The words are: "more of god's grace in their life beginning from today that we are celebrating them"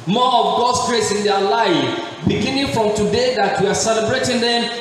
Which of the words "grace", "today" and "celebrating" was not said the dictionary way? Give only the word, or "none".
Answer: none